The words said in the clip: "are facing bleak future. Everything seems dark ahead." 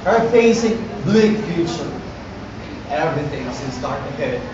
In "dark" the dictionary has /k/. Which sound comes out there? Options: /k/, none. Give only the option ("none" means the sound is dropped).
none